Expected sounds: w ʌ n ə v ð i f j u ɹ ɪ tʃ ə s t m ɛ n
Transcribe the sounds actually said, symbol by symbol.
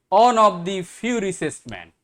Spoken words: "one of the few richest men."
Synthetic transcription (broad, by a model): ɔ n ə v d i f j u ɹ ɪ s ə s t m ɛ n